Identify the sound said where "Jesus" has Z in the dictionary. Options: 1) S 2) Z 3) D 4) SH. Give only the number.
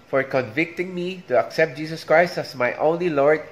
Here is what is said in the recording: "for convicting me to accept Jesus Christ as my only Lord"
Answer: 1